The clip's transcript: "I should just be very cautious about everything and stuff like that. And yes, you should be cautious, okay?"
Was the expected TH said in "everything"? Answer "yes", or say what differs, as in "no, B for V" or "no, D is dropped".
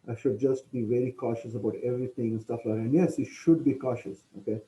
no, T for TH